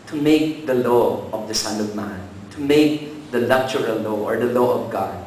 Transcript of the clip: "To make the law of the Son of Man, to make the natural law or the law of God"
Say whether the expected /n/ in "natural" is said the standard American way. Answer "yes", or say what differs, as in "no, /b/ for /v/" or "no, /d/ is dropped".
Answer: no, /l/ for /n/